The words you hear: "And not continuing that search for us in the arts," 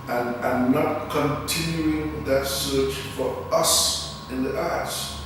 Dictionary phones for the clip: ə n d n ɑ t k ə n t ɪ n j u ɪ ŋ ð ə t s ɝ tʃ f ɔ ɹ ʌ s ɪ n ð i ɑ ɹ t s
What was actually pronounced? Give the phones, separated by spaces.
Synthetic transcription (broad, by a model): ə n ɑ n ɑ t k ə n t ɪ n j u ɪ ŋ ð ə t s ɝ tʃ f ɔ ɹ ʌ s ɪ n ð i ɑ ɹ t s